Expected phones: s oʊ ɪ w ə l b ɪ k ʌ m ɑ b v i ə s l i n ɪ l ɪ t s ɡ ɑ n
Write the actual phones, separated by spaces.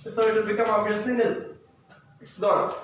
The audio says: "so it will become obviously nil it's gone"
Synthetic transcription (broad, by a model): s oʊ ɪ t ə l b ɪ k ʌ m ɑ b i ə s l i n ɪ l ɪ t s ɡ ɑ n